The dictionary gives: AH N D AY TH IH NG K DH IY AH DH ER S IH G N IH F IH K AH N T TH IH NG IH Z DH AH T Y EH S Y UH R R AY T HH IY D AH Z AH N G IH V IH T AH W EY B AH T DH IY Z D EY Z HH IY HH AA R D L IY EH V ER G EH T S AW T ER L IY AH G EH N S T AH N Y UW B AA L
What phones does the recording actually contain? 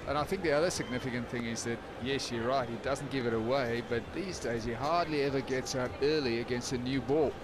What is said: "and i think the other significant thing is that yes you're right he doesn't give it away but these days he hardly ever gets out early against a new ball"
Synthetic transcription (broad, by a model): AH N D AY TH IH NG K DH IY AH DH ER S IH G N IH F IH K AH N TH IH NG IH Z DH AH T Y EH S Y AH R R AY T HH IY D AH Z N G IH V IH T AH W EY B AH T DH IY Z D EY Z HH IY HH AA R D L IY EH V ER G EH T S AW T ER L IY AH G EH N S T AH N Y UW B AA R